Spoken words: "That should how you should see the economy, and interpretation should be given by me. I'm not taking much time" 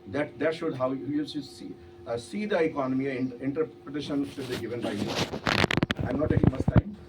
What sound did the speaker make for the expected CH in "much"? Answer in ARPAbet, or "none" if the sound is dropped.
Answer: S